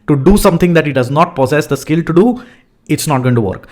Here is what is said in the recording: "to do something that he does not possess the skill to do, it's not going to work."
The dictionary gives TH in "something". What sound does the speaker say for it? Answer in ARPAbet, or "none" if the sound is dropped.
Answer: T